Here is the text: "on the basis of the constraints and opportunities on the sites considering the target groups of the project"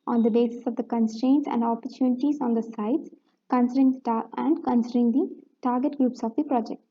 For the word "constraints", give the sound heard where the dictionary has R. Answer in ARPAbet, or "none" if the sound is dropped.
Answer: R